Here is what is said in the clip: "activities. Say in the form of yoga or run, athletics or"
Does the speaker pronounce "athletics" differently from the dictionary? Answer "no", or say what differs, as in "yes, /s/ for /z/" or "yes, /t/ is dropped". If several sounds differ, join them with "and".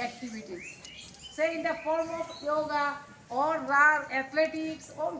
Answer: yes, /t/ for /θ/